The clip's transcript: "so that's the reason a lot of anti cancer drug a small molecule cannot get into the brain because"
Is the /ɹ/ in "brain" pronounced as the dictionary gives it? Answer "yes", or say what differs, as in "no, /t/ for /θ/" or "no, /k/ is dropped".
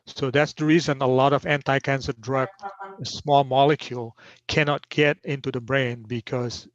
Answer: yes